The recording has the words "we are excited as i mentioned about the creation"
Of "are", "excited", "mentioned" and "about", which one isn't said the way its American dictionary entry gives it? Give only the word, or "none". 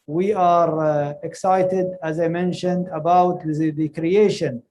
none